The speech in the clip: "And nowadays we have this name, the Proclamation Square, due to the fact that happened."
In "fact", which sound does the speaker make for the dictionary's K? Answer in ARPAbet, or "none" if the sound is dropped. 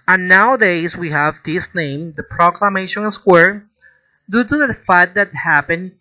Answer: none